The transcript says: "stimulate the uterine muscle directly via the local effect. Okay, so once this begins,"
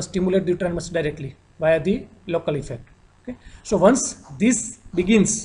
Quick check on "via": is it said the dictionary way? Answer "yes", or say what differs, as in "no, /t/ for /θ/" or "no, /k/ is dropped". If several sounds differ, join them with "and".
yes